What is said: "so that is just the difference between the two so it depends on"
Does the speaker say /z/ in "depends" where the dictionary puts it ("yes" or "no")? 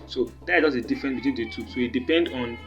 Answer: no